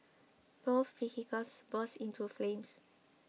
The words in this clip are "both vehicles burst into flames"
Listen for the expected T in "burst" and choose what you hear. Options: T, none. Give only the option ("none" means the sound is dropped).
none